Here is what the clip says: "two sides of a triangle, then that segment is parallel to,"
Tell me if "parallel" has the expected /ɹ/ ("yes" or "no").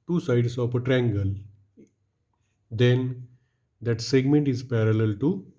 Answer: yes